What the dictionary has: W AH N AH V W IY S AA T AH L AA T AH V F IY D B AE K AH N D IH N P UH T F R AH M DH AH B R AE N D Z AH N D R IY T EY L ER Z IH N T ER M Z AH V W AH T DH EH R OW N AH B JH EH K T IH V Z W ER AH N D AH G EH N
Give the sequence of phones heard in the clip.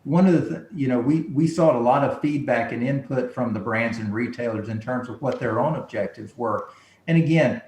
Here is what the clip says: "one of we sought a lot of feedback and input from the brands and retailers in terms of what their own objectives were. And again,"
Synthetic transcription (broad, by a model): W AH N AH V W IY S AA T AH L AA T AH V F IY D B AE K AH N IH N P UH T F R AH M DH AH B R AE N D Z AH N R IY T EY L ER Z IH N T ER M Z AH V W AH T DH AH R OW N AH B JH EH K T IH V Z W ER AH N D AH G EH N